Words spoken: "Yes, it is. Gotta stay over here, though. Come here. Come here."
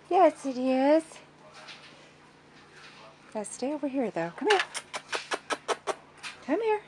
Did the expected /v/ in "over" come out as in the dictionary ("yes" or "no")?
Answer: no